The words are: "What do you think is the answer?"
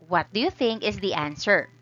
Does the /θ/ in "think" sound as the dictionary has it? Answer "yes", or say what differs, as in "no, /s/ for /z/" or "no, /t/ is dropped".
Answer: yes